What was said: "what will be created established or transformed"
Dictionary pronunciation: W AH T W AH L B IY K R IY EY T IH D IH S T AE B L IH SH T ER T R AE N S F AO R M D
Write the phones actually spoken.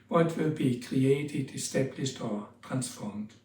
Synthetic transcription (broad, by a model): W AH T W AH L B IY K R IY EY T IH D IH S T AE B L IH S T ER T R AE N S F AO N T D